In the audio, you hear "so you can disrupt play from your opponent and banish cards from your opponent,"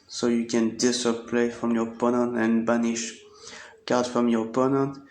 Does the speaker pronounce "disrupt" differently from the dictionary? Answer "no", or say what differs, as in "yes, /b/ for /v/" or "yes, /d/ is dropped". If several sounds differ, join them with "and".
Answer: yes, /ɹ/ is dropped